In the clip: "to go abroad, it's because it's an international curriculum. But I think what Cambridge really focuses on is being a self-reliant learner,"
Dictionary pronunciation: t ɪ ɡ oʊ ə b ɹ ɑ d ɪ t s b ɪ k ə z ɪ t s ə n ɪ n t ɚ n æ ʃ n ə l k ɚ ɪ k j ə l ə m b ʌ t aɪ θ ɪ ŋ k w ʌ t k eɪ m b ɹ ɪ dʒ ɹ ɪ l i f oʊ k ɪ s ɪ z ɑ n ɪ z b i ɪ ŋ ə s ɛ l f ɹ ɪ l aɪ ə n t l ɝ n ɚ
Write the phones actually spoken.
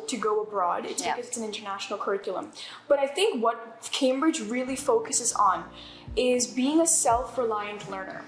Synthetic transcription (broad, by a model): t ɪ ɡ oʊ ə b ɹ ɑ d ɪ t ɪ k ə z ɪ t s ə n ɪ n t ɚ n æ ʃ n l k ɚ ɪ k j l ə m b ʌ t aɪ θ ɪ ŋ k w ʌ t k eɪ m b ɹ ɪ dʒ ɹ ɪ l i f oʊ k ɪ s ɪ z n ɪ z b i ɪ ŋ ə s ɛ l f ɹ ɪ l aɪ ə n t l ɝ n ɚ